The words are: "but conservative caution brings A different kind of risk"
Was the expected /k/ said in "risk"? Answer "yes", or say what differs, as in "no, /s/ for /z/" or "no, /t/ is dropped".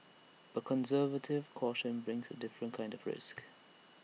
yes